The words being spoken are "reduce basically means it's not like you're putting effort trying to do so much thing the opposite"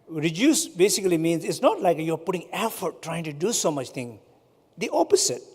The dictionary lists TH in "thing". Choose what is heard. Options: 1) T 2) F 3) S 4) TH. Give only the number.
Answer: 1